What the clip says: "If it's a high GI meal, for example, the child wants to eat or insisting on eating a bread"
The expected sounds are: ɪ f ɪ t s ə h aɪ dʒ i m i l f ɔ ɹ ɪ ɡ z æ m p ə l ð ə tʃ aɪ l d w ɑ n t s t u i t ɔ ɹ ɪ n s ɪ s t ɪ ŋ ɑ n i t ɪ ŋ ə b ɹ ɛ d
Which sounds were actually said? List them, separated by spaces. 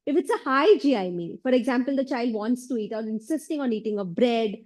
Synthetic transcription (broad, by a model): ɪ f ɪ t s ə h aɪ dʒ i m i n f ɔ ɹ ɪ ɡ z æ m p ə l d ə tʃ aɪ l d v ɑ n t s t u i t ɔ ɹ ɪ n s ɪ s t ɪ ŋ ɑ n i t ɪ ŋ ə b ɹ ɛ d